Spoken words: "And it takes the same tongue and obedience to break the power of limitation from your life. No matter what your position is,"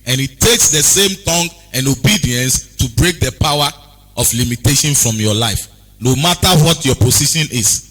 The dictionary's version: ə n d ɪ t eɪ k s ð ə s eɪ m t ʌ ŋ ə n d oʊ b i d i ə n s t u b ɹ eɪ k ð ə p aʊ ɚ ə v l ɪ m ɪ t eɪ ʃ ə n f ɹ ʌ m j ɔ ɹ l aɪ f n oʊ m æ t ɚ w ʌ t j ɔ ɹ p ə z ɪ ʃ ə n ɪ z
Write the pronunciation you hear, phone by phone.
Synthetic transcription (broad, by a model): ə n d ɪ t eɪ k s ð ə s eɪ m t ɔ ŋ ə n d oʊ b i d i ə n s t u b ɹ eɪ k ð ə p aʊ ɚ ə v l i m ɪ t eɪ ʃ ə n f ɹ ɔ m j ɔ l aɪ f n oʊ m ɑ t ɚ w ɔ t j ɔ p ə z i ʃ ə n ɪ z